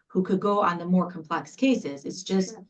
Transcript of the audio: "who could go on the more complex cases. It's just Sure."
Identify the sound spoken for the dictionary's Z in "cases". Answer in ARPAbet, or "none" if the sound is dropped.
Z